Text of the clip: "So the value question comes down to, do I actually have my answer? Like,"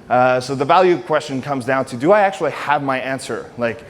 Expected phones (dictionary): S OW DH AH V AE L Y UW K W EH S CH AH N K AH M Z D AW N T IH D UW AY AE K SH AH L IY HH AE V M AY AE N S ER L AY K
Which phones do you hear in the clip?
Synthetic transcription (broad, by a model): S OW DH AH V AE L Y UW K W EH S CH AH N K AH M Z D AW N T IH D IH AY AE K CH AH L IY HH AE V M AY AE N S ER L AY K